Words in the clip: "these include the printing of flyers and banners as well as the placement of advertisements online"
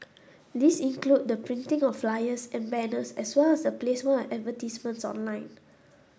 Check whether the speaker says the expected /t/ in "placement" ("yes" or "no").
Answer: no